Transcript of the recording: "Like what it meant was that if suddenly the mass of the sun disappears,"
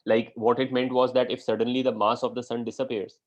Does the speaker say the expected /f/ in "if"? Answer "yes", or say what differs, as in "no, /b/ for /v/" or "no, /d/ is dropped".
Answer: yes